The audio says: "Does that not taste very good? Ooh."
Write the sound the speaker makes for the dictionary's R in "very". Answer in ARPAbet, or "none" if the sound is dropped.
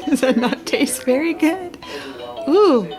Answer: R